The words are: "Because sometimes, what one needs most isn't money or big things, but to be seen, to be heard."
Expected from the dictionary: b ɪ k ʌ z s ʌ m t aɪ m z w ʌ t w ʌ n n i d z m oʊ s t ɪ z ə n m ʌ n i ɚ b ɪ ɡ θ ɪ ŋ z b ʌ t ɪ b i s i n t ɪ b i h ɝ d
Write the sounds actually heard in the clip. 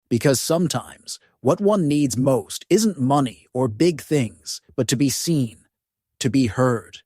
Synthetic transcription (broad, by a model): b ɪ k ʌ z s ʌ m t aɪ m z w ʌ t w ʌ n n i d z m oʊ s t ɪ z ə n m ʌ n i ɚ b ɪ ɡ θ ɪ ŋ z b ʌ t ɪ b i s i n t ɪ b i h ɝ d